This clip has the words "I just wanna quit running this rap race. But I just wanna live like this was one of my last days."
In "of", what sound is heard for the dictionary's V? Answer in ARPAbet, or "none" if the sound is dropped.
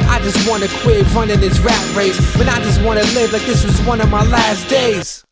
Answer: V